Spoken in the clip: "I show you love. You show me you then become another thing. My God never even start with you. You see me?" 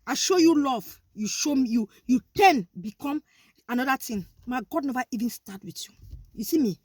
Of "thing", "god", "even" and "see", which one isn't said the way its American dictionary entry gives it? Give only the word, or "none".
thing